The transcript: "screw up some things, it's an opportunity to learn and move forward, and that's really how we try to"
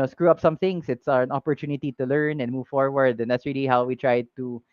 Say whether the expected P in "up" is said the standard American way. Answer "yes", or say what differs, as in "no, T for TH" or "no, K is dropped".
yes